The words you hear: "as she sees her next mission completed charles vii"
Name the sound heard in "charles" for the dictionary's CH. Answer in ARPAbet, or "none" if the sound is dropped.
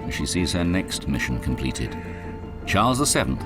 CH